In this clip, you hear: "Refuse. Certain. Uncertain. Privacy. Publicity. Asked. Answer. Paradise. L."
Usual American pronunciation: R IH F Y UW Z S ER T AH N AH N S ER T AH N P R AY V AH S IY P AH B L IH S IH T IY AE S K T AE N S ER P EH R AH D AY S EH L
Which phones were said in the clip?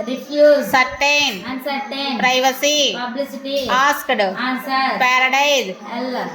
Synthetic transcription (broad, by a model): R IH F Y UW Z S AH T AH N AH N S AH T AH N P R AY V AH S IY P AH B L IH S IH T IY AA S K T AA S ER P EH R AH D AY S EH L